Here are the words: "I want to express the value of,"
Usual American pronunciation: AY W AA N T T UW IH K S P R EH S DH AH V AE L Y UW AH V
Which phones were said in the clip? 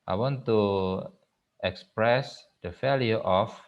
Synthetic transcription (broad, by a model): AY W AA N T T UW IH K S P R EH S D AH F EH L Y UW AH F